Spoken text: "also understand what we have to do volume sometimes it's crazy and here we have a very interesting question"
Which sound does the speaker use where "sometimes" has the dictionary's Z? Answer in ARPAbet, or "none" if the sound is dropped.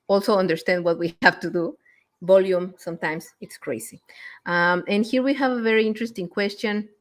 S